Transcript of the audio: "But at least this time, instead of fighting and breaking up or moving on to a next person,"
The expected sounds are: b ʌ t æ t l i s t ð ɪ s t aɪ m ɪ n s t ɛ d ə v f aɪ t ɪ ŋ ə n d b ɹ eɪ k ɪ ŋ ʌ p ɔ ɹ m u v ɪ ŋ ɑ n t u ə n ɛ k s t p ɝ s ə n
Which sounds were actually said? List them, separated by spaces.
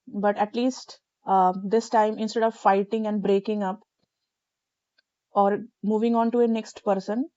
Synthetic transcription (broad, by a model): b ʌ t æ t l i s t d ɪ s t aɪ m ɪ n s t ɛ d ə v f aɪ t ɪ ŋ ə n d b ɹ eɪ k ɪ ŋ ʌ p ɔ ɹ m u v ɪ ŋ ɑ n t u ə n ɛ k s t p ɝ s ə n